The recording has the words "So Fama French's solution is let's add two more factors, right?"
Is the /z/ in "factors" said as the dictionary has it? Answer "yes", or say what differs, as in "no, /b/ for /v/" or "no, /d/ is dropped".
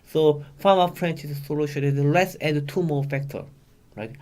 no, /z/ is dropped